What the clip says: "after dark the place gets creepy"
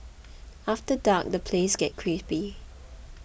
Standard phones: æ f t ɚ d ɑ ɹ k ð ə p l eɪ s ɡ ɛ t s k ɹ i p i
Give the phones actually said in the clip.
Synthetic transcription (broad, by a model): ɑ f t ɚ d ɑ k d ə p l eɪ s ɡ ɛ t k ɹ i p i